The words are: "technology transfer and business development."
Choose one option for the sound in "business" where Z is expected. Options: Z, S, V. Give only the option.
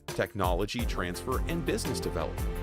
Z